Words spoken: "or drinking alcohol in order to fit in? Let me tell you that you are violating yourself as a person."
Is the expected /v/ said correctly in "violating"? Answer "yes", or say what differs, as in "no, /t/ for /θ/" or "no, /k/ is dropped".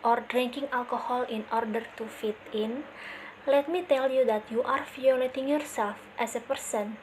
no, /f/ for /v/